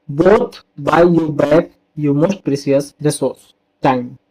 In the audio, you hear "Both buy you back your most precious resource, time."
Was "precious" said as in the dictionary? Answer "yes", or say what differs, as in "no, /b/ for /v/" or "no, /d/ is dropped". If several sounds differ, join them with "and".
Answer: no, /s/ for /ʃ/